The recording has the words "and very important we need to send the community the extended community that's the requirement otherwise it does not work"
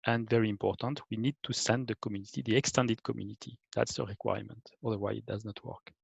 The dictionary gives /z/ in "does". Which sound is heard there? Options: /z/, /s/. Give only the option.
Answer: /z/